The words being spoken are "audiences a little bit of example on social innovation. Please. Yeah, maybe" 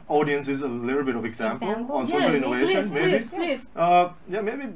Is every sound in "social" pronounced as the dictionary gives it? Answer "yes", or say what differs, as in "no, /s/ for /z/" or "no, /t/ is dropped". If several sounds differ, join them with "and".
no, /ʃ/ is dropped